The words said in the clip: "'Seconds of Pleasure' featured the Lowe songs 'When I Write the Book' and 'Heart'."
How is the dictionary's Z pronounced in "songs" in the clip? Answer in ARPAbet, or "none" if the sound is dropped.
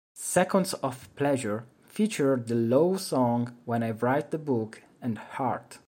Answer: none